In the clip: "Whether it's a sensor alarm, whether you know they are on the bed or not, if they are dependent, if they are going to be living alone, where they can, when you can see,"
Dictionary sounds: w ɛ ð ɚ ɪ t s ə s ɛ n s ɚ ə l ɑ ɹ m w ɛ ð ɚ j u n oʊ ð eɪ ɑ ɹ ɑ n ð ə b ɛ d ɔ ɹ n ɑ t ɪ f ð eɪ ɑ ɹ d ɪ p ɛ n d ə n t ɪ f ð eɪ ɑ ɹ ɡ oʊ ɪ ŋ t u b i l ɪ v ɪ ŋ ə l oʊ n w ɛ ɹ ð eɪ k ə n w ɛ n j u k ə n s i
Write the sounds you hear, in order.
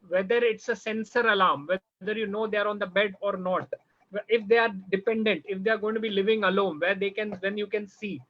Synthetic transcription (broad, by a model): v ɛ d ɚ ɪ t s ə s ɛ n s ɚ ə l ɑ ɹ m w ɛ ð ɚ j u n oʊ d eɪ ɑ ɹ ɑ n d ə b ɛ d ɔ ɹ n ɑ t ɪ f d eɪ ɑ ɹ d ɪ p ɛ n d ə n t ɪ f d eɪ ɑ ɹ ɡ oʊ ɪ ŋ t u b i l ɪ v ɪ ŋ ə l oʊ n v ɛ ɹ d eɪ k ə n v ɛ n j u k ə n s i